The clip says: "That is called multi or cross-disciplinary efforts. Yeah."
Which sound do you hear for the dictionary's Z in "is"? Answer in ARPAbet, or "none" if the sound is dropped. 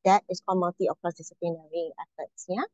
S